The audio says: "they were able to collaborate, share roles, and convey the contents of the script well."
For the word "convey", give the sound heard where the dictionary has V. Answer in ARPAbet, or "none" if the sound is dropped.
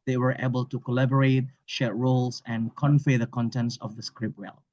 F